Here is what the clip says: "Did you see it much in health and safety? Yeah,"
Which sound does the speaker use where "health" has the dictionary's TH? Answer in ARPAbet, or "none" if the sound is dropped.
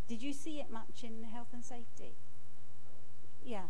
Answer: TH